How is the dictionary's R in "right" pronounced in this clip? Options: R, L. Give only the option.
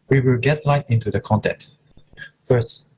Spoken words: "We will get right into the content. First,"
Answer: L